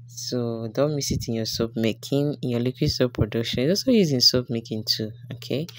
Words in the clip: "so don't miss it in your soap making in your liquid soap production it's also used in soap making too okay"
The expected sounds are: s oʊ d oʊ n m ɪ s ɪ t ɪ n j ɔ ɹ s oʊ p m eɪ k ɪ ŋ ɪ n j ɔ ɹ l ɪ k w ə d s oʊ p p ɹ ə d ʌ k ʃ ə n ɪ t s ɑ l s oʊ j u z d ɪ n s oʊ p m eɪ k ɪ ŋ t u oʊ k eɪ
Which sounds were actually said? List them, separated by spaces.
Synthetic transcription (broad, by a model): s oʊ d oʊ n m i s ɪ t ɪ n j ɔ s oʊ p m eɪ k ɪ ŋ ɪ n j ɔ l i k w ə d s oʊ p p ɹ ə d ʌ k ʃ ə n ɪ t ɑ s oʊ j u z ɪ n s oʊ p m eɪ k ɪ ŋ t u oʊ k eɪ